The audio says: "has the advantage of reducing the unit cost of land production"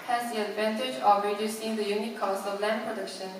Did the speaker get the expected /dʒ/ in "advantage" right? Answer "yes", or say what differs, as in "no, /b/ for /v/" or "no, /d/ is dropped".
yes